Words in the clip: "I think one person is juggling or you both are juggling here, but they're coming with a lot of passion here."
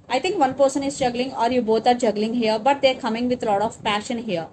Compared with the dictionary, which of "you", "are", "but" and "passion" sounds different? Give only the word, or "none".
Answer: none